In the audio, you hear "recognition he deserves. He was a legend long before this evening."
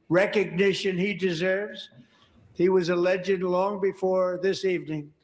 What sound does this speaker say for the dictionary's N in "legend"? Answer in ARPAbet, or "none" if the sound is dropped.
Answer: none